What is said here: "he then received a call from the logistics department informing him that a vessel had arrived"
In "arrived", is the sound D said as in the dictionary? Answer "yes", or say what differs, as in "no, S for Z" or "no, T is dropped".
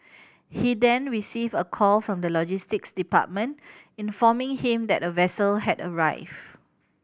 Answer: no, D is dropped